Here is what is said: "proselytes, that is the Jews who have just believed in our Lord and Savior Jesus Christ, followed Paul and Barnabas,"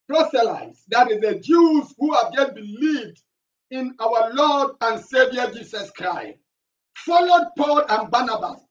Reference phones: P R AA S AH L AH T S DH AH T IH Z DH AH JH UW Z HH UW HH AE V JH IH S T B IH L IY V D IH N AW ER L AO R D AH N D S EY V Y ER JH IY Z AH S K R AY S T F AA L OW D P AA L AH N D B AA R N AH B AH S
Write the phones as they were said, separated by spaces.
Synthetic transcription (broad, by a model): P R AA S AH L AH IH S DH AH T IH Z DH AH JH UW Z HH UW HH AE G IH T B IH L IY V D IH N AW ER L AO D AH N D S EY V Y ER JH IY S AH S K R AY S T F AA L OW D P AA L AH N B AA N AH B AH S